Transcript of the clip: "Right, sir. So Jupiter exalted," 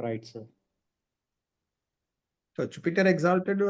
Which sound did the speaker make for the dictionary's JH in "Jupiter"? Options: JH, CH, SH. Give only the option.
CH